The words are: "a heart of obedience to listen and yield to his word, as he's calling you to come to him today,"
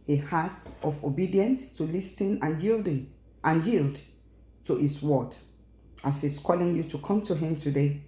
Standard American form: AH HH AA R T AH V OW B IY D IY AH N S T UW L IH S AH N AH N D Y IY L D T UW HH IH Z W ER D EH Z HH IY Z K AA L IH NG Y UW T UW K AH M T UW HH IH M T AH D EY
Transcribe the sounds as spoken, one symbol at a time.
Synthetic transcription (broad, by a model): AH HH AA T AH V OW B IY D IY AH N S T UW L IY S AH N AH N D Y IY L D T UW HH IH S W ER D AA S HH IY S K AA L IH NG Y UW T UW K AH M T UW HH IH M T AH D EY